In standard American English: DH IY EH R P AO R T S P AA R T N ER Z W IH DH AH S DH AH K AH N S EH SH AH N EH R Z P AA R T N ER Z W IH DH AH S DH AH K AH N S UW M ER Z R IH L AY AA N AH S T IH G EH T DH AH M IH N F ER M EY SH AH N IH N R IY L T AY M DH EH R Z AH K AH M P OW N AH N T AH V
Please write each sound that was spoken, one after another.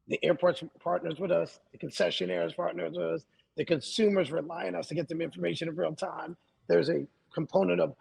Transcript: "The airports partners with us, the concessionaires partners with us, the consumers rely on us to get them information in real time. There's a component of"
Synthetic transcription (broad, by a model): DH IY EH R P AO R T S P AA R T N ER Z W IH DH AH S DH AH K AH N S EH SH AH N EH R Z P AA R T N ER Z W IH DH AH S DH AH K AH N S UW M ER Z R IH L AY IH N AH S T IH G EH T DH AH M IH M F ER M EY SH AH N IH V R IY L T AY M DH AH R Z AH K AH M P OW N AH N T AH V